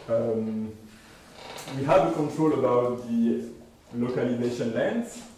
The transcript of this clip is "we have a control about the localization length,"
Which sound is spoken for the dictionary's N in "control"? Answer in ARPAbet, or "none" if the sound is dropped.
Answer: N